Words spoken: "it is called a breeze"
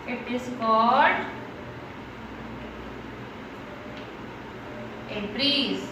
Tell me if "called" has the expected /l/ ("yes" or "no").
no